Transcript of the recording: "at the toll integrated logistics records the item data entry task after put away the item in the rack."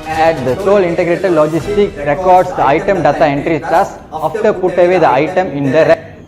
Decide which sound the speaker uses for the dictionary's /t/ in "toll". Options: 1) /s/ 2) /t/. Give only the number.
1